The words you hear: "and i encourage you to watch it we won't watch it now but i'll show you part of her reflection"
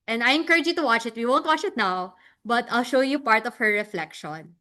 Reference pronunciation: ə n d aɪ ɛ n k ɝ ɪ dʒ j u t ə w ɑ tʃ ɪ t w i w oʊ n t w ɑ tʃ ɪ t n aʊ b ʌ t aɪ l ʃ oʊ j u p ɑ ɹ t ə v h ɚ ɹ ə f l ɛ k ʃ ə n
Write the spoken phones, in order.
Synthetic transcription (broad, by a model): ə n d aɪ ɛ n k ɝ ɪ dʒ j u t ə w ɑ tʃ ɪ t w i w oʊ n t w ɑ tʃ ɪ t n aʊ b ʌ t aɪ l ʃ oʊ j u p ɑ ɹ t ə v h ɚ ɹ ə f l ɛ k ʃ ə n